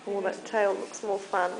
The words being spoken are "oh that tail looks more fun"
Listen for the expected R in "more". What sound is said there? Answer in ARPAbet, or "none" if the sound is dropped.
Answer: L